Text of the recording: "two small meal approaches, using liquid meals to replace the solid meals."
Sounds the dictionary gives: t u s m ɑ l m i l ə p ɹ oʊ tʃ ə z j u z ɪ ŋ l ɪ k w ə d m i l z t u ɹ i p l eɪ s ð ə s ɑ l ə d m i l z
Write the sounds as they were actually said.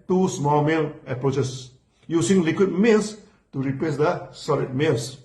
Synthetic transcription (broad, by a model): t u s m ɑ l m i l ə p ɹ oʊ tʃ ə s j u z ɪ ŋ l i k w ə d m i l s t u ɹ i p eɪ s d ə s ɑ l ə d m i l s